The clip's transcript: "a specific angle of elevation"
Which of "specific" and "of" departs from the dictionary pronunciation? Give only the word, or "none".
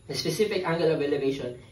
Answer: of